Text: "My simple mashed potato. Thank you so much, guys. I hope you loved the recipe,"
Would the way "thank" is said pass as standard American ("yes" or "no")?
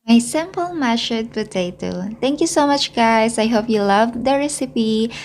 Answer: no